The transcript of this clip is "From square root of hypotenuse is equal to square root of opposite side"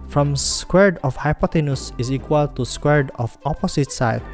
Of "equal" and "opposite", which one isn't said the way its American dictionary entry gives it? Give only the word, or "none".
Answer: opposite